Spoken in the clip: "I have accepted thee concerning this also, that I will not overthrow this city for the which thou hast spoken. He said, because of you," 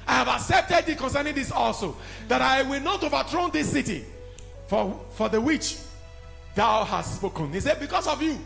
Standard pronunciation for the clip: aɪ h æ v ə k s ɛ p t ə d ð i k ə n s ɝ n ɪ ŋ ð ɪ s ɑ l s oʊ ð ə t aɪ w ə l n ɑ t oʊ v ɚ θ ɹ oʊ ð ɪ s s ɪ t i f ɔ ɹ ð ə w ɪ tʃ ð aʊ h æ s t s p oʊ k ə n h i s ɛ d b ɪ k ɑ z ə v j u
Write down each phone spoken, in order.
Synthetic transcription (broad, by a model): aɪ h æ v ə k s ɛ p t ə d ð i k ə n s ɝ n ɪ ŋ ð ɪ s ɑ l s oʊ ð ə t aɪ w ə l n ɑ t oʊ v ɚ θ ɹ oʊ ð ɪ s s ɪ t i f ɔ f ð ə w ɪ tʃ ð aʊ h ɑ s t s p oʊ k ə n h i s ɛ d b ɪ k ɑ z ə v j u